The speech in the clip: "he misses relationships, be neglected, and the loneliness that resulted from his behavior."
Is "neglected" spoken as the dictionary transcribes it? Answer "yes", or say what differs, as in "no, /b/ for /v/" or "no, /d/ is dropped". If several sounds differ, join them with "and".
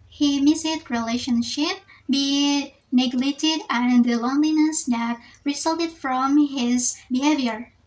no, /k/ is dropped